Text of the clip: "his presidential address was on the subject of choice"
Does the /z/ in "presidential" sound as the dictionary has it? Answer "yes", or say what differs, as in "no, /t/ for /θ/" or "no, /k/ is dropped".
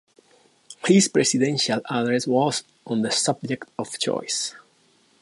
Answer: no, /s/ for /z/